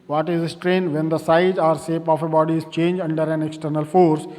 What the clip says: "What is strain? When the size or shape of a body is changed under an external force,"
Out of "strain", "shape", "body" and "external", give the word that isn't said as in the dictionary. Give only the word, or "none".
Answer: shape